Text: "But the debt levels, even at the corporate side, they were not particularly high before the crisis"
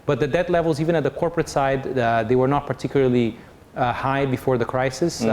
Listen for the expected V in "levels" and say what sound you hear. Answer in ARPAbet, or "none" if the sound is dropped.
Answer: V